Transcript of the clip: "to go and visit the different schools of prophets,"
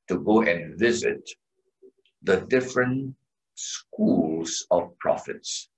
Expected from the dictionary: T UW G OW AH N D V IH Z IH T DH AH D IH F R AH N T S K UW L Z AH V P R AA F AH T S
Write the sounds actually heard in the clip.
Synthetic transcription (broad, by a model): T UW G OW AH N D V IH Z IH T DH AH D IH F R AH N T S K UW L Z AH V P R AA F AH T S